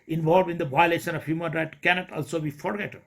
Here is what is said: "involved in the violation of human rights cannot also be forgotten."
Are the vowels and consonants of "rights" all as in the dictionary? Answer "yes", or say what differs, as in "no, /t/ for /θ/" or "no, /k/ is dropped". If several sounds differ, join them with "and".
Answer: no, /s/ is dropped